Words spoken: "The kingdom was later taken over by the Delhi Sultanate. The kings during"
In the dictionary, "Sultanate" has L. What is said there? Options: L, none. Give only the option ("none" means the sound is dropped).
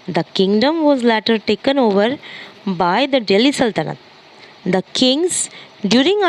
L